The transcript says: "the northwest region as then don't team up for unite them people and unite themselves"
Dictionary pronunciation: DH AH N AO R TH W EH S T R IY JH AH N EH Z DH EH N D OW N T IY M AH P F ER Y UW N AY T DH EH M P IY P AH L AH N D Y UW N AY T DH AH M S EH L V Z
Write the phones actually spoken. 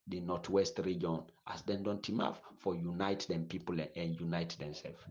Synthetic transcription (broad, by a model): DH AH N AO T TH W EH S T R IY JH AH N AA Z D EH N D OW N T IY M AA F F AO Y UW N AY T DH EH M P IY P AH L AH N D Y UW N AY T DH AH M S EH L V